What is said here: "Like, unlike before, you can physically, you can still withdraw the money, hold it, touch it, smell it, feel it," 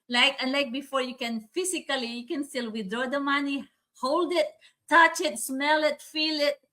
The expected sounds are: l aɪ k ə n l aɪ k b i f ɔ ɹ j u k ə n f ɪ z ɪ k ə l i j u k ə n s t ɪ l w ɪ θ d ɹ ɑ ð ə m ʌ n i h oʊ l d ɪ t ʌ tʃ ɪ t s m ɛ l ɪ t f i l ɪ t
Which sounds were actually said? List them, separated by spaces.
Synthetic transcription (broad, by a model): l aɪ k ə n l aɪ k b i f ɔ ɹ j u k ə n f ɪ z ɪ k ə l i j u k ə n s t ɪ l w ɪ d ɹ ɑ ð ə m ʌ n i h oʊ l d ɪ t ʌ tʃ ɪ t s m ɛ l ɪ t f i l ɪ t